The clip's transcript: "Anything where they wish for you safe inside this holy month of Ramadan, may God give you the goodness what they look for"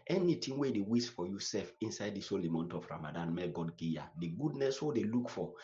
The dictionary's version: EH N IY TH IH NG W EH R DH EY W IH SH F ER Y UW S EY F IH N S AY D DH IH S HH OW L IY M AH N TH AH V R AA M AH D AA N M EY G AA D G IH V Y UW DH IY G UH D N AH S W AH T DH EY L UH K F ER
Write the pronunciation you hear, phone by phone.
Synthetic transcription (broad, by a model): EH N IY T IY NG W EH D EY W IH S F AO Y UW S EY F IH N S AY D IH S HH OW L IY M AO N T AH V R AA M AH D AA N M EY G AA D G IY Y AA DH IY G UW D N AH S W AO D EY L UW K F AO